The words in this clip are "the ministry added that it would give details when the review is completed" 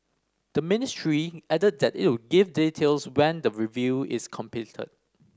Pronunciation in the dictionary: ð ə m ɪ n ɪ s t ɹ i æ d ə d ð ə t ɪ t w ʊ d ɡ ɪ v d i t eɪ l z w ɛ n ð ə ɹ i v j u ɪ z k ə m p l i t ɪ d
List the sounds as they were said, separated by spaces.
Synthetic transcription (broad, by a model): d ə m ɪ n ɪ s t ɹ i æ d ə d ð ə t ɪ t w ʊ ɡ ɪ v d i t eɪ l s w ɛ n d ə ɹ i v j u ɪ s k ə m p i t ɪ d